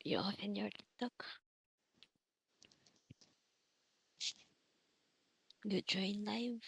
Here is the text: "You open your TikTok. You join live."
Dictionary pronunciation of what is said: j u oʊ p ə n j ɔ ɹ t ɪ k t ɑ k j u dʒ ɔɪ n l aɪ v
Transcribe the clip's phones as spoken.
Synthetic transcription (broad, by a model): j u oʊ f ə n j ɔ ɹ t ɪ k t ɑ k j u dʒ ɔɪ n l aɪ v